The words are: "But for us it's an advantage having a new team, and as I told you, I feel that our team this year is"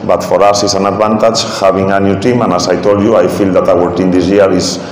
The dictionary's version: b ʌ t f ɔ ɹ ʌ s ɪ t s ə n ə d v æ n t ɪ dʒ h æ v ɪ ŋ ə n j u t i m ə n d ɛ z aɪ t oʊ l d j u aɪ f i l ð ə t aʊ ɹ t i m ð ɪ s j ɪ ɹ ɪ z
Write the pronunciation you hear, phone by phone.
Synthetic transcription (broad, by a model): b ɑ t f ɔ ɹ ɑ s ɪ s ə n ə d b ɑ n t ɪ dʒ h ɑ b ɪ ŋ ə n j u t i m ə n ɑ s aɪ t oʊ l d j u aɪ f i l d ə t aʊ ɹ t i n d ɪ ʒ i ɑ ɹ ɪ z